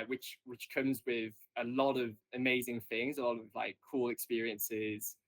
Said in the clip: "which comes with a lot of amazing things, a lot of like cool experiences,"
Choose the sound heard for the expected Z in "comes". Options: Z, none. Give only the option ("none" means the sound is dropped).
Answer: Z